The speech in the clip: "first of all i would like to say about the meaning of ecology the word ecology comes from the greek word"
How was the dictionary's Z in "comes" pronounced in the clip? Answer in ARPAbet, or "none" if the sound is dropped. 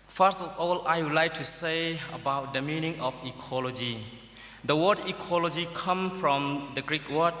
none